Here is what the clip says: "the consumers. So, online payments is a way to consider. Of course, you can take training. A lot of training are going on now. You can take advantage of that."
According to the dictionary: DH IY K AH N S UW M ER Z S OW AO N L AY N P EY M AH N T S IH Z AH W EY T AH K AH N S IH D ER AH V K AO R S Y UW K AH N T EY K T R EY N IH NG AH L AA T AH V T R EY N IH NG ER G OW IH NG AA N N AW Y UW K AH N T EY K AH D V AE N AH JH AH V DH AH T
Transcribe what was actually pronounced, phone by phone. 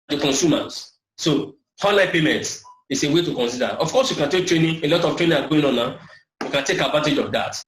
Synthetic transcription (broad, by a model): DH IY K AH N S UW M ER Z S OW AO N L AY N P EY M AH N T IH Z AH W EY T AH K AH N S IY D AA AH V K AO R S Y UW K AH N T EY K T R EY N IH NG AH L AA T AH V T R EY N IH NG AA G OW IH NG AA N N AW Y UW K AH N T EY K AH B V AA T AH JH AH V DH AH T